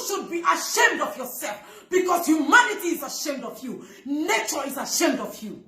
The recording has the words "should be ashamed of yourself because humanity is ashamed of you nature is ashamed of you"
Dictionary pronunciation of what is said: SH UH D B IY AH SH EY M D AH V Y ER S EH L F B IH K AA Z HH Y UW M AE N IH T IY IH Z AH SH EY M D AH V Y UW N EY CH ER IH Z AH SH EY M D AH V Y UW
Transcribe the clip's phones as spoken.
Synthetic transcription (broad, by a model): SH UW D B IY AH SH EY M D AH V Y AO S EH L F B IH K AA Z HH Y UW M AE N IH T IY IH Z AH SH EY M D AH V Y UW N EY CH ER IH Z AH SH EY M D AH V Y UW